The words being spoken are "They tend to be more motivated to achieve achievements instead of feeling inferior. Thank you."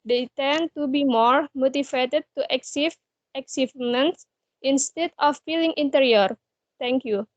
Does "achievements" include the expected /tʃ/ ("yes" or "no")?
no